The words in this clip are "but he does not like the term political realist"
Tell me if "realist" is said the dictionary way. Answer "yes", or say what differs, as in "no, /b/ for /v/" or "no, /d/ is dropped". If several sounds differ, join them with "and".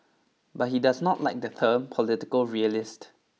yes